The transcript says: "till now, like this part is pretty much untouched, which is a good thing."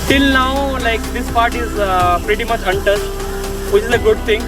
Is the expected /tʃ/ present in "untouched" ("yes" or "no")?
no